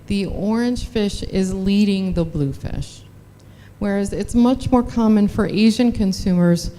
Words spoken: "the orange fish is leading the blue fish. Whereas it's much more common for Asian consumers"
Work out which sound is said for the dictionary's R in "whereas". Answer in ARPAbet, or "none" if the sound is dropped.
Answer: R